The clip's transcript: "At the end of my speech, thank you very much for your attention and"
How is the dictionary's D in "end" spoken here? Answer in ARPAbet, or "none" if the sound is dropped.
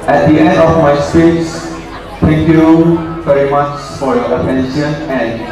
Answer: D